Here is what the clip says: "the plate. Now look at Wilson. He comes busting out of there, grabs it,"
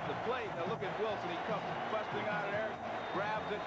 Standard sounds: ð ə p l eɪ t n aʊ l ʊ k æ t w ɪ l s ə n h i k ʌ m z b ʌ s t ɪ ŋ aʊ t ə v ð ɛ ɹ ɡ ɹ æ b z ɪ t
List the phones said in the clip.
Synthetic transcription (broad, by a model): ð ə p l eɪ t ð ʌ l ʊ k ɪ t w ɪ l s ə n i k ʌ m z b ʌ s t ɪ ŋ aʊ t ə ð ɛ ɹ ɡ ɹ æ b z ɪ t